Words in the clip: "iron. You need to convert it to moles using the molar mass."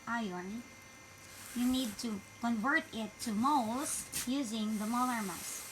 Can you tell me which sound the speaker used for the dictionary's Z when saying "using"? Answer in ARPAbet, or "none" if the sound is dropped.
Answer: Z